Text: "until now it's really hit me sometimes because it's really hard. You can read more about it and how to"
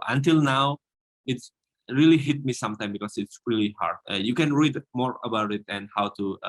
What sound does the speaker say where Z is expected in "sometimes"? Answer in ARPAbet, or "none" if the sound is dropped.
none